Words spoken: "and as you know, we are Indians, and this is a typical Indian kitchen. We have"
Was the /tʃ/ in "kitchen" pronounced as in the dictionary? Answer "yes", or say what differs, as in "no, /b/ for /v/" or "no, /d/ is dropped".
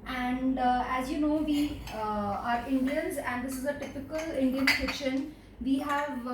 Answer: no, /ʃ/ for /tʃ/